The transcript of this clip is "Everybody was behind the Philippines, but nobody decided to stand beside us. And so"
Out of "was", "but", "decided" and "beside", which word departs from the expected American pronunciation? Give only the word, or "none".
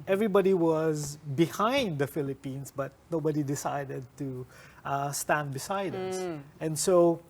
none